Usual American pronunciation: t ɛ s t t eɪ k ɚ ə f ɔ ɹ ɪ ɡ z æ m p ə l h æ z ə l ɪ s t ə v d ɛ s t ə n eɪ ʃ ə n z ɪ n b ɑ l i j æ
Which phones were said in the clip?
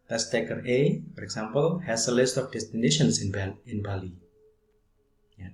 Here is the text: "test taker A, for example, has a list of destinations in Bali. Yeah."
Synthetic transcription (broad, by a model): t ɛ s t t eɪ k ɚ ə f ɔ ɹ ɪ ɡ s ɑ m p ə l h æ s ə l ɪ s t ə f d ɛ s t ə n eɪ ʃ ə n s ɪ n b ɑ l i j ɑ